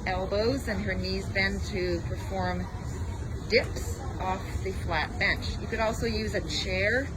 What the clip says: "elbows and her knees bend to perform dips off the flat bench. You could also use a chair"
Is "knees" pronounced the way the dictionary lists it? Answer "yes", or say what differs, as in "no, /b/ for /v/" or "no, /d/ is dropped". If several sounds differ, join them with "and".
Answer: yes